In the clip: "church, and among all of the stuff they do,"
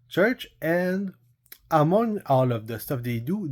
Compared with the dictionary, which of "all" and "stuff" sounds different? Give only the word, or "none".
none